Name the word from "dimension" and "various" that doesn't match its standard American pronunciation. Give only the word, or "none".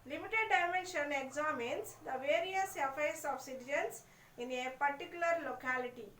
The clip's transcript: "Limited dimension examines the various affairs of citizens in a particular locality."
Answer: none